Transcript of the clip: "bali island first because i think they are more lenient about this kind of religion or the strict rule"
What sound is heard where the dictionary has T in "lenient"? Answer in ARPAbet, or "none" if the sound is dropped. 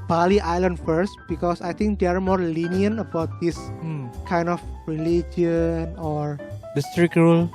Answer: none